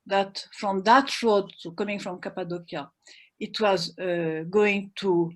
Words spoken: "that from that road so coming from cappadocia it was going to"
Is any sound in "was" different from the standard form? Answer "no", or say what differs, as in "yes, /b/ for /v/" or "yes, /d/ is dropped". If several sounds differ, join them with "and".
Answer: no